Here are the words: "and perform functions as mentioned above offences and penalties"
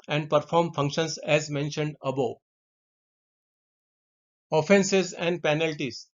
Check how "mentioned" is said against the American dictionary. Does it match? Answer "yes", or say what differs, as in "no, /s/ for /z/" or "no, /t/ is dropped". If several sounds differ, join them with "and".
yes